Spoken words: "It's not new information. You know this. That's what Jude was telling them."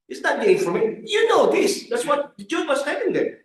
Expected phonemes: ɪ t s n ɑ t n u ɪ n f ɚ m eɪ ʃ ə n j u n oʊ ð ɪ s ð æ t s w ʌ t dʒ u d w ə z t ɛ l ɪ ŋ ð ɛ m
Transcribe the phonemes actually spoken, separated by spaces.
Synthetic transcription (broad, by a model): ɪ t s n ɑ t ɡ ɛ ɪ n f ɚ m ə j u n oʊ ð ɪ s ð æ t s w ʌ t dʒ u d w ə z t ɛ n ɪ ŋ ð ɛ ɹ